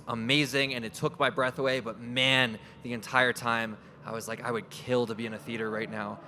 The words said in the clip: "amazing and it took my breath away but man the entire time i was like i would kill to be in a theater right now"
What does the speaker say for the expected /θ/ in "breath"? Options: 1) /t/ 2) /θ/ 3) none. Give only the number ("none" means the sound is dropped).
2